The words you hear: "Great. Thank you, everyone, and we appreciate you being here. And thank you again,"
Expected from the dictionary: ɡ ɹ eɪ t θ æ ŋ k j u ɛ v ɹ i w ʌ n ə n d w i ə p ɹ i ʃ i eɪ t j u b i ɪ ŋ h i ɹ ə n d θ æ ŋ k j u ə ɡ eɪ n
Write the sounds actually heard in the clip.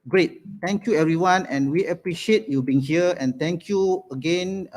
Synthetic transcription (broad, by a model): ɡ ɹ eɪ t t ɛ ŋ k j u ɛ v ɹ i w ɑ n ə n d w i ə p ɹ i ʃ i eɪ t j u b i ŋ h i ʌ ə n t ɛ ŋ k j u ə ɡ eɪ n